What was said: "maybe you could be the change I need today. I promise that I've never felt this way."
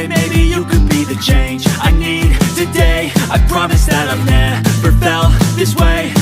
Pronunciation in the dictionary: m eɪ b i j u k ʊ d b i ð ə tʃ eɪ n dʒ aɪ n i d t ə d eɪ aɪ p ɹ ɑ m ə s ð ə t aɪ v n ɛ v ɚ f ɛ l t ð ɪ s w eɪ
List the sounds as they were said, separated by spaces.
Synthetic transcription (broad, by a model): m eɪ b i j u k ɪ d b i ð ə tʃ eɪ n dʒ aɪ n i d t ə d eɪ aɪ p ɹ ɑ m ə s ð ə t aɪ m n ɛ p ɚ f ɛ l ð ɪ s w eɪ